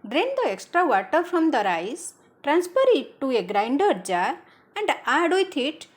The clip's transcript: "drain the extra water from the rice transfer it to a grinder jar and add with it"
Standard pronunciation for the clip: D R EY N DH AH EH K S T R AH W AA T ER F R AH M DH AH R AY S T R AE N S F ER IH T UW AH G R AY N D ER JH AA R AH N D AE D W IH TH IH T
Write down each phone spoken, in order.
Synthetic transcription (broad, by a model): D R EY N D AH EH K S T R AH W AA T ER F R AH M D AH R AY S T R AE N S P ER IH T UW AH G R AY N D ER JH AA R AH N D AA D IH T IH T